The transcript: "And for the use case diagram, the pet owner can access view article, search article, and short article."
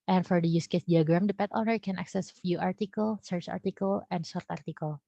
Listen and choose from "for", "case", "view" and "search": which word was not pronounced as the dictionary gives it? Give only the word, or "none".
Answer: view